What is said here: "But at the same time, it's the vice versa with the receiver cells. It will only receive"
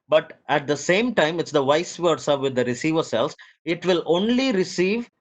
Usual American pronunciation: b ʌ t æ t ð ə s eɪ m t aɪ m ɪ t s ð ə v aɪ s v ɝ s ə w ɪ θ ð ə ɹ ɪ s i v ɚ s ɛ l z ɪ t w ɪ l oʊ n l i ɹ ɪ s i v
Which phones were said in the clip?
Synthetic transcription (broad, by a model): b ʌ t æ t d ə s eɪ m t aɪ m ɪ t s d ə v aɪ s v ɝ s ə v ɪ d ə ɹ ɪ s i v ɚ s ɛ l s ɪ t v ɪ l oʊ n l i ɹ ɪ s i v